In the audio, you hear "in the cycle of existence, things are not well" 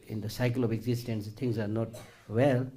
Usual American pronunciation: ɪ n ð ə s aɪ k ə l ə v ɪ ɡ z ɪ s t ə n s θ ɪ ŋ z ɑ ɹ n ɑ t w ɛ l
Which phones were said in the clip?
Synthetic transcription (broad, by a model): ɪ n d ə s aɪ k ə l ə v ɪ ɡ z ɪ s t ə n s t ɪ ŋ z ɑ ɹ n ɑ t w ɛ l